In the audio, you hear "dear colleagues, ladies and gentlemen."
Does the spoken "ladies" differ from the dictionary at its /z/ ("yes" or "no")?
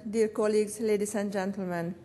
yes